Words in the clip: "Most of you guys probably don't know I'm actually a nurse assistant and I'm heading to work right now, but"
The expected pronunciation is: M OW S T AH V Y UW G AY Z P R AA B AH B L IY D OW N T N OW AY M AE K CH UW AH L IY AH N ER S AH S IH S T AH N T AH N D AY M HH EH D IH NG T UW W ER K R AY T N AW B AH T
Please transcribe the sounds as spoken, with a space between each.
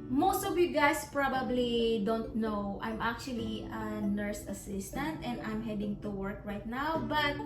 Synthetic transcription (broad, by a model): M OW S T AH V Y UW G AY S P R AA B AH B L IY D OW N T N OW AY M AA K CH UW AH L IY AH N ER S AH S IH S T AH N T AH N D AY M HH EH D IH NG T UW W ER K R AY T N AW B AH T